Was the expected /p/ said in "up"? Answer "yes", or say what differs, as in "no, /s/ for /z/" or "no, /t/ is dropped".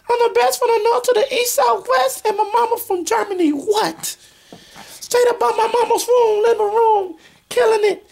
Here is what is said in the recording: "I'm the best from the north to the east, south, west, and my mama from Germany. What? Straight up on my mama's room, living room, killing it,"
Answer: no, /b/ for /p/